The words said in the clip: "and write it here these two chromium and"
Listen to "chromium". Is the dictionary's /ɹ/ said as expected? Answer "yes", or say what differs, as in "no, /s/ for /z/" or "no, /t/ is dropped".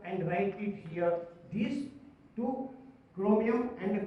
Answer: no, /l/ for /ɹ/